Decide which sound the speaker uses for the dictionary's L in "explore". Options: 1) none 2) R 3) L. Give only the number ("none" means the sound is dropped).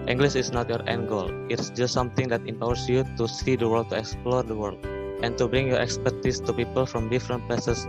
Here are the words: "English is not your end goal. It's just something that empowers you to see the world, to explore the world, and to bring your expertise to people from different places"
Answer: 3